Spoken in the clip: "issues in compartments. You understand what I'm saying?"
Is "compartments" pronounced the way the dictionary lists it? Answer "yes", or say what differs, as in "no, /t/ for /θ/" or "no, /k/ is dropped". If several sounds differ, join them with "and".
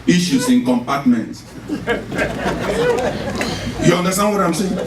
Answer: no, /s/ is dropped